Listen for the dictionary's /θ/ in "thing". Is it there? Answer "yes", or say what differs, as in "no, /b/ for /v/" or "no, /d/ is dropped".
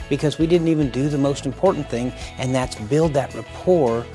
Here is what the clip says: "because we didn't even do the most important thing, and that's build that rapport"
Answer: yes